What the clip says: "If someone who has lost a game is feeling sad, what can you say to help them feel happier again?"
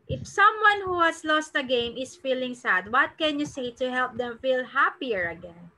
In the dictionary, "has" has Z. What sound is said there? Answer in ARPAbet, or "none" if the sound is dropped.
S